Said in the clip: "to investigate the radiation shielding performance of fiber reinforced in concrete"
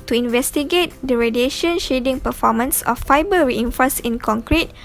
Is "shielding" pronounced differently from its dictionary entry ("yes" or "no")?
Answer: yes